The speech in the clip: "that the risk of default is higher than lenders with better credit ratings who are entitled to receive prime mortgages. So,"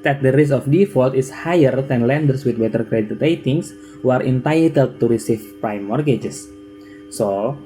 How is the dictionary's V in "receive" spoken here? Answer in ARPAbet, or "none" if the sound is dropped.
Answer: F